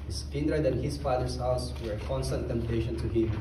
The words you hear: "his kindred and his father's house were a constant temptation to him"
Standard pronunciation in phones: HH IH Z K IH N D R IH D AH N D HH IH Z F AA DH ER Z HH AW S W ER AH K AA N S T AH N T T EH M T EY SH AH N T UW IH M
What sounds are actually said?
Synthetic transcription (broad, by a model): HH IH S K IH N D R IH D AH N HH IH S F AA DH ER S HH AW S W ER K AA N S T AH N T T EH M T EY SH AH N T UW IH